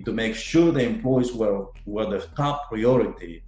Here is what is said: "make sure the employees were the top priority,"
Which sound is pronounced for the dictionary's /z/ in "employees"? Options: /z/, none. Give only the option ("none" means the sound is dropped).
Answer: none